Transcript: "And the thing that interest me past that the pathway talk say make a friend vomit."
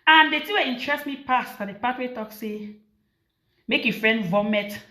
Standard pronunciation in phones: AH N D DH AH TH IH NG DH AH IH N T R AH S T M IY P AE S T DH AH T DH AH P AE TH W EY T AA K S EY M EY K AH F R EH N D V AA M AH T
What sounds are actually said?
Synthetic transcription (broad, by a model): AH N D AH T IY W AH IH N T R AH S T M IY P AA S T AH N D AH P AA T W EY T AA K S EY M EY K AH F R EH N D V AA M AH T